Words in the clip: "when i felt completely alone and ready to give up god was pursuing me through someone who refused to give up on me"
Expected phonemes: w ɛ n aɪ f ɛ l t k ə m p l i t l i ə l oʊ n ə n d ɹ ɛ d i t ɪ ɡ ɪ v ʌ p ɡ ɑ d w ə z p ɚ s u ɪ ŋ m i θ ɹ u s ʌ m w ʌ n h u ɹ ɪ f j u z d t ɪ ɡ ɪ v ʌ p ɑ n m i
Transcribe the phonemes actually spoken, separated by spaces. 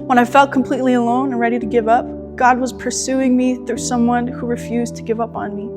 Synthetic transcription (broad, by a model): w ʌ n aɪ f ɛ l t k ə m p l i t l i ə l oʊ n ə n ɹ ɛ d i t ɪ ɡ ɪ v ʌ p ɡ ɑ d w ə z p ɚ s u ɪ ŋ m i θ ɹ u s ʌ m w ʌ n h u ɹ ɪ f j u z t ɪ ɡ ɪ v ʌ p n m i